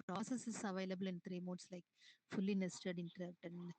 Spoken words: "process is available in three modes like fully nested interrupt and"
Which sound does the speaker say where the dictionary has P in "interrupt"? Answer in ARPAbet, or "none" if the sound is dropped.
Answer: none